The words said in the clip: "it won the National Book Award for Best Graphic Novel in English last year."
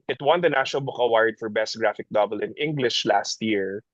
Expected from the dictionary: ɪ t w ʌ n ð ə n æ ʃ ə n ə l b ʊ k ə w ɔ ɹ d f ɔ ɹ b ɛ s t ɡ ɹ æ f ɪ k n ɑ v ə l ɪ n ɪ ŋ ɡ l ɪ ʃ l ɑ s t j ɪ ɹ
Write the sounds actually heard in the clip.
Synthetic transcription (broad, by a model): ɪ t w ʌ n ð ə n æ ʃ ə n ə l b ʊ k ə w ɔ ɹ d f ɔ ɹ b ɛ s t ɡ ɹ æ f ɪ k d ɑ b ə l ɪ n ɪ ŋ ɡ l ɪ ʃ l ɑ s t j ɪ ɹ